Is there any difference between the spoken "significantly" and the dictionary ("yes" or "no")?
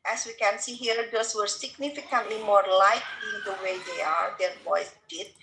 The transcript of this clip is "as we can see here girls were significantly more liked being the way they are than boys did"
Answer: no